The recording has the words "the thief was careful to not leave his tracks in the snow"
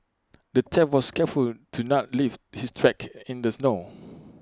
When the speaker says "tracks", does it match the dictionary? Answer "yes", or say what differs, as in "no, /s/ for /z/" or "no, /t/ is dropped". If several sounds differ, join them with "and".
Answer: no, /s/ is dropped